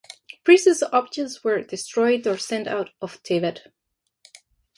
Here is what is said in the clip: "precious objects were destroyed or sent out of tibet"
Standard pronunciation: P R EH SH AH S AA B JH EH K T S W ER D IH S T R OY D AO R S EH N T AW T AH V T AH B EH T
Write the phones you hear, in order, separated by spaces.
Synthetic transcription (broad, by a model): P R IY S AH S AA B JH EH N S W ER D IH S T R OY D AO R S EH N T AW T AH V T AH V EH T